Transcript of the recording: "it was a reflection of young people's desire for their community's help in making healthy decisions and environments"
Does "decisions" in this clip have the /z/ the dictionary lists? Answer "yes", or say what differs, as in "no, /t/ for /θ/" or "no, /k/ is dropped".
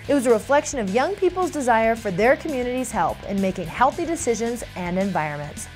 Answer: yes